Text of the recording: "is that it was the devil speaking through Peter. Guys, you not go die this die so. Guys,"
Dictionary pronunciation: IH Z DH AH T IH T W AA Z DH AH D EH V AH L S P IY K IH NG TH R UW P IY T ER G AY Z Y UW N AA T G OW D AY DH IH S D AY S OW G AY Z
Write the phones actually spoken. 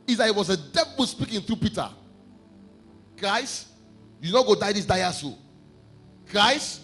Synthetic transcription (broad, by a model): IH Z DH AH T IH T W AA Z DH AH D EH B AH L S P IY K IH NG TH R UW P IY T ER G AY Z Y UW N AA G OW D AY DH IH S D AY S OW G AY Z